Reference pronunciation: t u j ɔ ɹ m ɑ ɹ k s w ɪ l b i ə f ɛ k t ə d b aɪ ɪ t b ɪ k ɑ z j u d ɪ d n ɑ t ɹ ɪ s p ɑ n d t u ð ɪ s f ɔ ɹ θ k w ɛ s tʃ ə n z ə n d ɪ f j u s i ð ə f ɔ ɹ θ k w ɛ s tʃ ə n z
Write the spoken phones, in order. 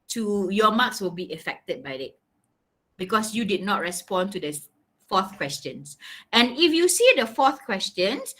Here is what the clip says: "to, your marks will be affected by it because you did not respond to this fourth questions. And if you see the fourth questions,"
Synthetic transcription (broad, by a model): t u j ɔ m ɑ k s w ɪ l b i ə f ɛ k t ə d b aɪ ɪ t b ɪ k ɑ s j u d ɪ d n ɑ t ɹ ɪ s p ɑ n t u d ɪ f ɔ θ k w ɛ s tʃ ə n s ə n ɪ f j u s i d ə f ɔ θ k w ɛ s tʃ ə n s